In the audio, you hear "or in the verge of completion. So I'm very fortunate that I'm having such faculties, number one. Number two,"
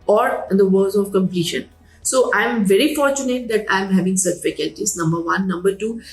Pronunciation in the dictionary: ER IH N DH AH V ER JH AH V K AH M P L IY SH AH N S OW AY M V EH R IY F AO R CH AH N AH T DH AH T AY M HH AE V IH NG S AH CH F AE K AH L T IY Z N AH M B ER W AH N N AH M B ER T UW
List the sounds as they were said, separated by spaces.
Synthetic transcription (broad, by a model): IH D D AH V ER Z AH V K AH M P L IY SH AH N S OW AY M V EH R IY F AO R CH AH N AH T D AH T AY M HH AE V IH NG S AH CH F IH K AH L T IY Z N AH M B ER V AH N N AH M B ER T UW